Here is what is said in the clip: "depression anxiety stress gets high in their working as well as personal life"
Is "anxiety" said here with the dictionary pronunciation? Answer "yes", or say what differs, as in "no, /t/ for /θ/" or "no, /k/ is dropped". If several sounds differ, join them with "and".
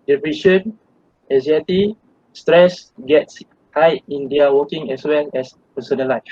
no, /ŋ/ is dropped